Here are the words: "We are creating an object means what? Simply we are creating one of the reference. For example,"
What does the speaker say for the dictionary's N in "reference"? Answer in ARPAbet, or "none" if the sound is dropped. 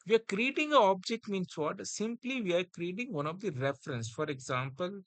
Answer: N